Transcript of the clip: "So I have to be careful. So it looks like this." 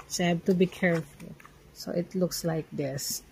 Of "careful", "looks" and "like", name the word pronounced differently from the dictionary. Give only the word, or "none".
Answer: none